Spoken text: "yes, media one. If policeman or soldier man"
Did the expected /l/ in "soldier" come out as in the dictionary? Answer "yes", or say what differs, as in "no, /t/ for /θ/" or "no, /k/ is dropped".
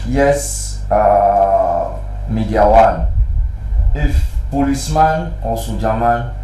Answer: no, /l/ is dropped